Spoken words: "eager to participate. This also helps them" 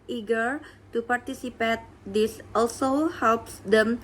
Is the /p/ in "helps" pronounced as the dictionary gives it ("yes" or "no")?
yes